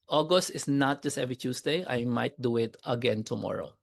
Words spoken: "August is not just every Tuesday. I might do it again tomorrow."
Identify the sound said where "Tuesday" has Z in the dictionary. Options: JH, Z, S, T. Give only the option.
S